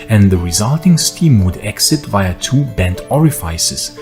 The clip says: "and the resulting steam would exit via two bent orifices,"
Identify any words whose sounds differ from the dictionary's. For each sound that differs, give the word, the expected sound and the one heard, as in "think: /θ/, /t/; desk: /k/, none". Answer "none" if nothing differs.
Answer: none